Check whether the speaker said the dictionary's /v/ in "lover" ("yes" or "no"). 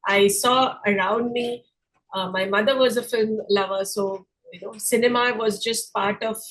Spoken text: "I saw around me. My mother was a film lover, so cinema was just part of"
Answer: yes